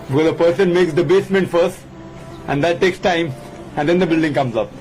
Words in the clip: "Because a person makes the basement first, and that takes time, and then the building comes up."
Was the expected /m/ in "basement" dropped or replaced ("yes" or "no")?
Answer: no